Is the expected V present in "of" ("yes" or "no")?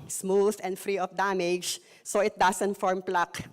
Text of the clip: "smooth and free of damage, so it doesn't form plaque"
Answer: no